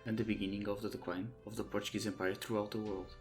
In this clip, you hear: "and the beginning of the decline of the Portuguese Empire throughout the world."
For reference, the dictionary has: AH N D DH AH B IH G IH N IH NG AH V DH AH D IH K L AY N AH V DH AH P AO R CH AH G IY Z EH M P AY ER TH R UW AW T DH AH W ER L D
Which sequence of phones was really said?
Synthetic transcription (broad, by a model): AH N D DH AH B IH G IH N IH NG AH V DH AH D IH K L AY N AH V DH AH P AO R CH AH G IY Z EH M P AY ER TH R UW AW T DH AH W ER L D